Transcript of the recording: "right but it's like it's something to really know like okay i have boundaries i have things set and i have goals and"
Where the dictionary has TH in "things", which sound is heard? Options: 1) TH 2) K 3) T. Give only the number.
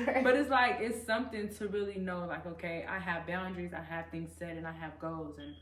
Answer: 1